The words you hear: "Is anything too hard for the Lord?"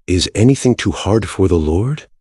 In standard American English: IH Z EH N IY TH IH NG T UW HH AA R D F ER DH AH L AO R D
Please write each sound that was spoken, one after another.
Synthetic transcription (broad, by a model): IH Z EH N IY TH IH NG T UW HH AA R D F ER DH AH L AO R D